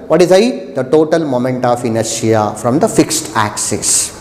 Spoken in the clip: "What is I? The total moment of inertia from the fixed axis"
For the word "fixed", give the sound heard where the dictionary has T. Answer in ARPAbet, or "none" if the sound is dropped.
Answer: T